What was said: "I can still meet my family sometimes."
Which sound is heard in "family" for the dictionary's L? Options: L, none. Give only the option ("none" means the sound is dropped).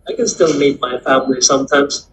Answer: L